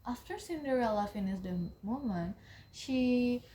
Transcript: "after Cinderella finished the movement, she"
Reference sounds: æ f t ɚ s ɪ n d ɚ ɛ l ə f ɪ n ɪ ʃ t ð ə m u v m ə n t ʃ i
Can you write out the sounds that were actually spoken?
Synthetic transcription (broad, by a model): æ f t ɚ s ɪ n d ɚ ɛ l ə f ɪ n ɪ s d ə m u m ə n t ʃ i